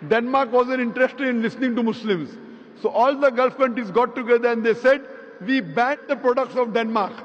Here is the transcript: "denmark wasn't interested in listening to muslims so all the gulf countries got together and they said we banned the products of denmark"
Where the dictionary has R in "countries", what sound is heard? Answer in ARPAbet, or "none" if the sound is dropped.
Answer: none